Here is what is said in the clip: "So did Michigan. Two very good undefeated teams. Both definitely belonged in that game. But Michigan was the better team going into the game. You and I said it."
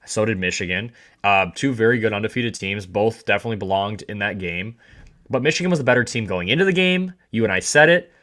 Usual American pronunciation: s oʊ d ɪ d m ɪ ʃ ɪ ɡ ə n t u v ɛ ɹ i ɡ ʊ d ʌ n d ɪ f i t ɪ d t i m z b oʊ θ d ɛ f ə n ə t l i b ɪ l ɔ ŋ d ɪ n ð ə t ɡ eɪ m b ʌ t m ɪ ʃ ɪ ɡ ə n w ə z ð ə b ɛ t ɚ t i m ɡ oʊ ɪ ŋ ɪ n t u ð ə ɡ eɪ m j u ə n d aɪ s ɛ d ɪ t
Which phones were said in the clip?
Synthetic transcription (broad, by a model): s oʊ d ɪ d m ɪ ʃ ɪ ɡ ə n t u v ɛ ɹ i ɡ ʊ d ʌ n d ɪ f i t ɪ d t i m z b oʊ θ d ɛ f ə n ə t l i b ɪ l ɔ ŋ d ɪ n ð ə t ɡ eɪ m b ʌ t m ɪ ʃ ɪ ɡ ə n w ə z ð ə b ɛ t ɚ t i m ɡ oʊ ɪ ŋ ɪ n t u ð ə ɡ eɪ m j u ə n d aɪ s ɛ d ɪ t